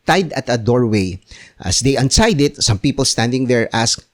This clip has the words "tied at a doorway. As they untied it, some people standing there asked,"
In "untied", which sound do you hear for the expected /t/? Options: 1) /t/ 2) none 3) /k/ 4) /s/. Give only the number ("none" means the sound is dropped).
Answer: 4